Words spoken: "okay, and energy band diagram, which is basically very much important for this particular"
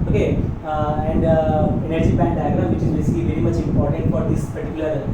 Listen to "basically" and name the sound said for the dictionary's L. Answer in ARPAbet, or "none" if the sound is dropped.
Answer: none